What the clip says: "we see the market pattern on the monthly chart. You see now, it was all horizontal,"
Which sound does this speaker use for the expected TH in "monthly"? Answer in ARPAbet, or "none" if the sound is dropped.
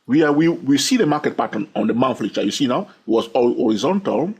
F